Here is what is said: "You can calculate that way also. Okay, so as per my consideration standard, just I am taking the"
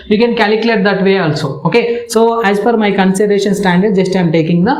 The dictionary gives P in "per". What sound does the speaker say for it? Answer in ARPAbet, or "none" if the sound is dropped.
F